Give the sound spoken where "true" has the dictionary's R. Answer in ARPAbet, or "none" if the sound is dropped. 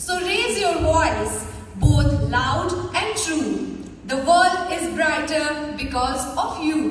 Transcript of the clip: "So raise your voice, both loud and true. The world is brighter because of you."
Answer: R